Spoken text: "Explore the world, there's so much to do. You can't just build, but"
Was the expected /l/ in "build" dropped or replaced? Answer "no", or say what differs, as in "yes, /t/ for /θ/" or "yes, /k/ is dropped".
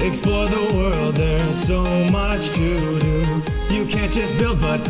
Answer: no